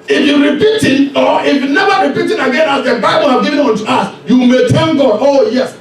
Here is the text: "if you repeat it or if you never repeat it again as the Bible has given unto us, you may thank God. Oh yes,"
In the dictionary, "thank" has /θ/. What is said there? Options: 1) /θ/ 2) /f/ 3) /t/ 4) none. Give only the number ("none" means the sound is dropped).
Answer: 3